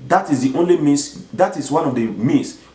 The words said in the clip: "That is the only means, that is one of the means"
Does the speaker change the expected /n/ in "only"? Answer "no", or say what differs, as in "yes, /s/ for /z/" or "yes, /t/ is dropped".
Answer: no